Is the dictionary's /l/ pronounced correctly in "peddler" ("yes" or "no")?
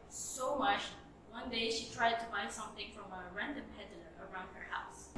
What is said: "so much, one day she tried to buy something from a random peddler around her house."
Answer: no